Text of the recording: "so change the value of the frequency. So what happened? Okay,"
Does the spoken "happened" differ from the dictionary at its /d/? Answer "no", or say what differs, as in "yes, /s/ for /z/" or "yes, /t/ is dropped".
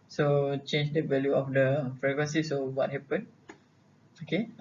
yes, /d/ is dropped